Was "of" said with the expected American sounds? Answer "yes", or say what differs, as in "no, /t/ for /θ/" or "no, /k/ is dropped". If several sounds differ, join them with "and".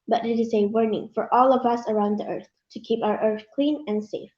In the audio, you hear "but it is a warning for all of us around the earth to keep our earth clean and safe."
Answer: yes